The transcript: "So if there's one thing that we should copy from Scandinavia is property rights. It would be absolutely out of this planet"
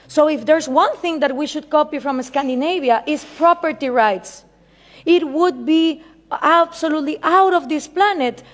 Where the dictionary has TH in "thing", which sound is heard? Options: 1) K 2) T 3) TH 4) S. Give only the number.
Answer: 3